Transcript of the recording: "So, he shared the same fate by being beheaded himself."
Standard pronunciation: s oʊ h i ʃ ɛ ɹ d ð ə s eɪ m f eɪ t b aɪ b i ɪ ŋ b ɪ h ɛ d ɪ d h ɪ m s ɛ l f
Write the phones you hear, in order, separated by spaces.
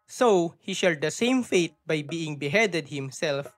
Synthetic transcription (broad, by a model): s oʊ h i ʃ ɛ l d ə s eɪ m f eɪ t b aɪ b i ɪ ŋ b ɪ h ɛ d ɪ d h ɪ m s ɛ l f